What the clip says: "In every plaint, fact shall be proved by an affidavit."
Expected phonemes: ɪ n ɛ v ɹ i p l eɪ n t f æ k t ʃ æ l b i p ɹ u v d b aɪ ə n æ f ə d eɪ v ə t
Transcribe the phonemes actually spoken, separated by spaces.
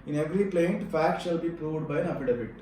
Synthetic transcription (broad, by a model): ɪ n ɛ v ɹ i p l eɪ n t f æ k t ʃ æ l b i p ɹ u v d b aɪ ə n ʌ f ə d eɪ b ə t